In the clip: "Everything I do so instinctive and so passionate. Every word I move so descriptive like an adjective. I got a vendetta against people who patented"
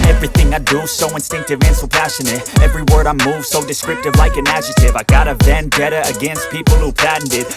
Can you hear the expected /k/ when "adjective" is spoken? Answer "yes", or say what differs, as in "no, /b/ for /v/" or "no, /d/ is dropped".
no, /k/ is dropped